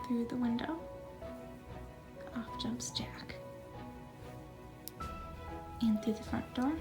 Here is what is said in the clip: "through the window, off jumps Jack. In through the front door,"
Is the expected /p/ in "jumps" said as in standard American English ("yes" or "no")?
yes